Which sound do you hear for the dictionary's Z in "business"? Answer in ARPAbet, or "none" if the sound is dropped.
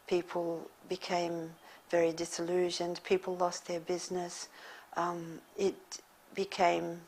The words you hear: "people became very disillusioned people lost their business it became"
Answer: Z